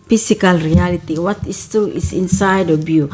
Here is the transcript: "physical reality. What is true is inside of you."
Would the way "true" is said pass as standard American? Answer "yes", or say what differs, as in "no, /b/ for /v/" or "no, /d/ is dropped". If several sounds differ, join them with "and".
no, /ɹ/ is dropped